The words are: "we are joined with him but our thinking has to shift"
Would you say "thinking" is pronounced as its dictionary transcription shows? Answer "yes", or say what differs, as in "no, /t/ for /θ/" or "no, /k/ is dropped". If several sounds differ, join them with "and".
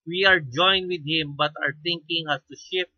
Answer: no, /t/ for /θ/